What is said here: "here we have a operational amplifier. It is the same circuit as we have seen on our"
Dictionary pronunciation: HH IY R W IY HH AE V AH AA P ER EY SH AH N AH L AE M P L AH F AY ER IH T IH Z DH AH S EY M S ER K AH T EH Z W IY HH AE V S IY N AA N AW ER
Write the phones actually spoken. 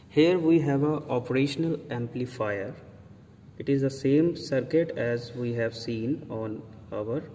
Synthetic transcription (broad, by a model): HH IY R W IY HH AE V AH AA P ER EY SH AH N AH L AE M P L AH F AY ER IH T IH Z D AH S EY M S ER K AH T EH Z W IY HH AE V S IY N AA N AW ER